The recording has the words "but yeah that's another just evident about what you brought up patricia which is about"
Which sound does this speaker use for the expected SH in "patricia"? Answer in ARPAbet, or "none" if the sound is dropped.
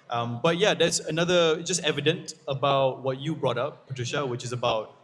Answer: SH